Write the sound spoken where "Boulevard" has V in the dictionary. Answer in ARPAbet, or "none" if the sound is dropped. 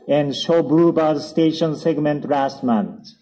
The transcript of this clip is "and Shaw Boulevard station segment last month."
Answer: B